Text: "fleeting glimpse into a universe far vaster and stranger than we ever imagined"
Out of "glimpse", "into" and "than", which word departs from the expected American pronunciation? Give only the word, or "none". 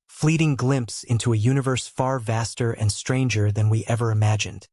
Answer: none